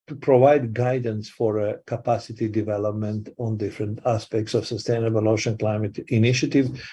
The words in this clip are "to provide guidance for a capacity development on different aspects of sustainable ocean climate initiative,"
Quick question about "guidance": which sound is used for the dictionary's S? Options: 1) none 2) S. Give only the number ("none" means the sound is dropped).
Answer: 2